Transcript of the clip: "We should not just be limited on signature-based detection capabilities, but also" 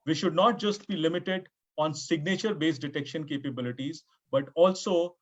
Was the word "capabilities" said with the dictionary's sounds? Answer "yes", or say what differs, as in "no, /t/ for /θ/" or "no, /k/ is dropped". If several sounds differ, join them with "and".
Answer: yes